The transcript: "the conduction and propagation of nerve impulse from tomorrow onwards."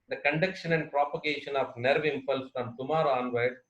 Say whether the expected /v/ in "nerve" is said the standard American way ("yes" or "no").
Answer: yes